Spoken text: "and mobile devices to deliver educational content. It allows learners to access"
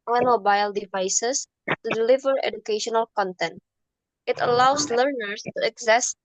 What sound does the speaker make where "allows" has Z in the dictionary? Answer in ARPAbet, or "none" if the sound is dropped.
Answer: S